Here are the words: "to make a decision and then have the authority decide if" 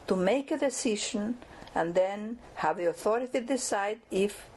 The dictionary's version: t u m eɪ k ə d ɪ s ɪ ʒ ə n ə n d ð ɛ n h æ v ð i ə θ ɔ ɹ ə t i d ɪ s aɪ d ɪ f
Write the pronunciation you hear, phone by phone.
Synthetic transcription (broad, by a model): t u m eɪ k ə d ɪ s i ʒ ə n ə n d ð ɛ n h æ v ð i ə θ ɔ ɹ ə t i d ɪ s aɪ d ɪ f